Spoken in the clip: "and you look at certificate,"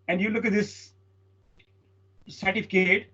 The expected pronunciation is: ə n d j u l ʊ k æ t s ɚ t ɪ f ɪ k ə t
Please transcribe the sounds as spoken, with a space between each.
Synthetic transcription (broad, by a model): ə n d j u l ʊ k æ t s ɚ t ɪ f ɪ k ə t